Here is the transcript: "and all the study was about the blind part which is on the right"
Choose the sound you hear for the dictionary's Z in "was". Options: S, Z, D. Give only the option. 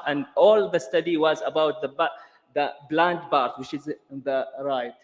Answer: Z